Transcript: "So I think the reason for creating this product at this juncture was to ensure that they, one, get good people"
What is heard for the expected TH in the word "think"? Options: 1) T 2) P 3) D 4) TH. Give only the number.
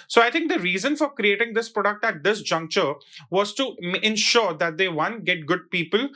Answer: 1